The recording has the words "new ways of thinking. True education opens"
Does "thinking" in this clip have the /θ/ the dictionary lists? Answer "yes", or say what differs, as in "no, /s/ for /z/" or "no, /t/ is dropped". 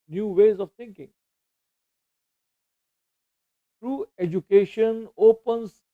no, /t/ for /θ/